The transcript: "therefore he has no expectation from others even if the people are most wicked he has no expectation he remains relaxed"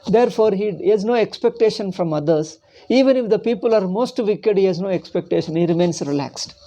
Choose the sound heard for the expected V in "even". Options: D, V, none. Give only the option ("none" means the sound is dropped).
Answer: V